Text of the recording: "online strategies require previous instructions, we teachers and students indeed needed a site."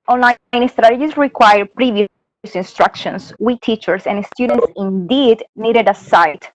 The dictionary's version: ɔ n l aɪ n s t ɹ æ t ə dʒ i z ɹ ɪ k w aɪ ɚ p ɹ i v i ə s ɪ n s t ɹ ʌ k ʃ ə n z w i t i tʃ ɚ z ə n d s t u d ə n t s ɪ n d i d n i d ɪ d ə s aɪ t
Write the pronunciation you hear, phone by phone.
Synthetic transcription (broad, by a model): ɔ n l aɪ n s t ɹ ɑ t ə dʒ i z ɹ ɪ k w aɪ ɚ p ɹ i v i ə s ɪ n s t ɹ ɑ k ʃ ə n s w i t i tʃ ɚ s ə n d s t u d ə n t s ɪ n d i d n i d ɪ d ə s aɪ t